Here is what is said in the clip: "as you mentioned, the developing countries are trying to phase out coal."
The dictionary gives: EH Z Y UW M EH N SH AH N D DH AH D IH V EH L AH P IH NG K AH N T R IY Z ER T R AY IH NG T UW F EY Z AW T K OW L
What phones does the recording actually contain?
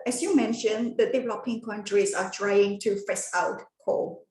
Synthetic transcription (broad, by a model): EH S Y UW M EH N SH AH N D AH D IH V EH L AH P IH NG K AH N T R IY S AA T R AY IH NG T UW F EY S AW T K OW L